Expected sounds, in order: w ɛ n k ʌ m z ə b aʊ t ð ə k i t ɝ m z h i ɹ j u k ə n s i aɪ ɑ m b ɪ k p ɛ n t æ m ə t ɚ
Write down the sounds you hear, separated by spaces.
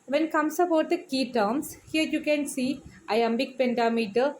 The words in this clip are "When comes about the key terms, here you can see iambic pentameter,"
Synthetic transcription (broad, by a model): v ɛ n k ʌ m s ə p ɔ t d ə k i t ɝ m s h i ɹ j u k ə n s i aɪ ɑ m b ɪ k p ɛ n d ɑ m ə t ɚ